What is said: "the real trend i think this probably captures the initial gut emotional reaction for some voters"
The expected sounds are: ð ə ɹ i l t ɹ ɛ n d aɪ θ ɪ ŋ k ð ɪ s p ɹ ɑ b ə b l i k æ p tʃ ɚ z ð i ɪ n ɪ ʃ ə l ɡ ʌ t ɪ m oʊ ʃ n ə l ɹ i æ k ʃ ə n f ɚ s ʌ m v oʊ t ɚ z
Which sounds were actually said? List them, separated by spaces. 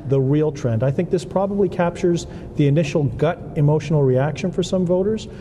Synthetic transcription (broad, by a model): ð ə ɹ i l t ɹ ɛ n d aɪ θ ɪ ŋ k ð ɪ s p ɹ ɑ b ə b l i k æ p tʃ ɚ z ð i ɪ n ɪ ʃ l ɡ ʌ t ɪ m oʊ ʃ n l ɹ i æ k ʃ ə n f ɚ s ʌ m v oʊ t ɚ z